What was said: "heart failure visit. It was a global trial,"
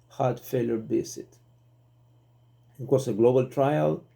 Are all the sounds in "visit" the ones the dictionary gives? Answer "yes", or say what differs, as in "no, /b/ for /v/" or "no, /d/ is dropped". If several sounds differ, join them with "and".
no, /b/ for /v/